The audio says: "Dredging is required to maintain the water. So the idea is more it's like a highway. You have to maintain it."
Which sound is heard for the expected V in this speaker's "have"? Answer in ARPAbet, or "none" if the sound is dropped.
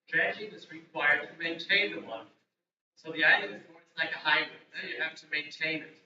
F